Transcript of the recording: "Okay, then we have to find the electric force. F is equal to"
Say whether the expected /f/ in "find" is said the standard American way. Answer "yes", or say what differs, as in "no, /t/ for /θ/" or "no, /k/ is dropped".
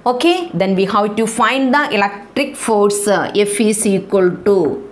yes